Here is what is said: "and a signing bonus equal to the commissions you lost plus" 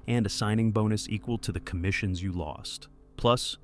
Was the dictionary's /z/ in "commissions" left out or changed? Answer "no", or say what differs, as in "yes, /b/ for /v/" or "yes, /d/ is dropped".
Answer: no